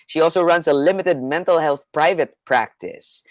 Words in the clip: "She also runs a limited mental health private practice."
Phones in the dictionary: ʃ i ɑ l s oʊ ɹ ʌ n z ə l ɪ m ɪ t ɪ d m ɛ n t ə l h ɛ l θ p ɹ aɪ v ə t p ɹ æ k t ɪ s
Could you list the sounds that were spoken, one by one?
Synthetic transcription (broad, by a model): ʃ i ɑ l s oʊ ɹ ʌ n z ə l ɪ m ɪ t ɪ d m ɛ n t ə l h ɛ l θ p ɹ aɪ v ə t p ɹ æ k t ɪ s